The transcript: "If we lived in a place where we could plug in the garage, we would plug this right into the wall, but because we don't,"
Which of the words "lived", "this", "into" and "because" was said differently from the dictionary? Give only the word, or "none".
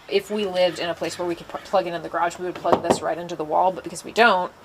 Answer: lived